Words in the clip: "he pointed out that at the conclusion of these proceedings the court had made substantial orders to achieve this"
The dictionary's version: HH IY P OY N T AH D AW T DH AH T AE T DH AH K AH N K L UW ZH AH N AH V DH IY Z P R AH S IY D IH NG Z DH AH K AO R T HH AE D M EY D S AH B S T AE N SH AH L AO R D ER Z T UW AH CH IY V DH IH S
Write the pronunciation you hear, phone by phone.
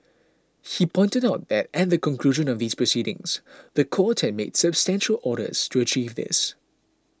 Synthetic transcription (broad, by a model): HH IY P OY N T AH D AW T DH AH T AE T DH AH K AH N K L UW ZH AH N AH V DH IY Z P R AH S IY D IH NG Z DH AH K AO T HH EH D M EY D S AH B S T AE N SH AH L AO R D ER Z T UW AH CH IY V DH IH S